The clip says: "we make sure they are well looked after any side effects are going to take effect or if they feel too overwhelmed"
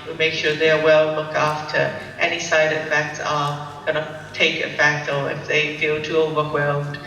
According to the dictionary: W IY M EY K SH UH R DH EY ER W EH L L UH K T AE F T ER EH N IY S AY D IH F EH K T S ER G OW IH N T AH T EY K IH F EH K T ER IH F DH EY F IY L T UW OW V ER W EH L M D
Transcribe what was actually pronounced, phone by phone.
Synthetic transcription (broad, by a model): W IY M EY K SH UH R DH EY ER W EH L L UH K AE F T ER EH N IY S AY D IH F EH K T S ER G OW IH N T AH T EY K IH F EH K T ER IH F DH EY F IY L T UW OW V ER W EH L M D